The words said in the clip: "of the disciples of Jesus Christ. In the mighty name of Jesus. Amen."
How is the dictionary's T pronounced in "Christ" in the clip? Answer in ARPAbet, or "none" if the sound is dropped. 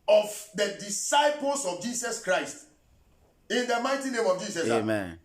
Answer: T